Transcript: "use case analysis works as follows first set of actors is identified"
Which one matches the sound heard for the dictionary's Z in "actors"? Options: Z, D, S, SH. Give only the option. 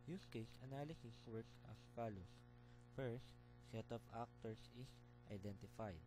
S